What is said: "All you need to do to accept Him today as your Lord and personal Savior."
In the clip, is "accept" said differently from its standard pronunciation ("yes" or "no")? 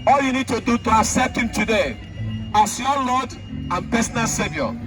yes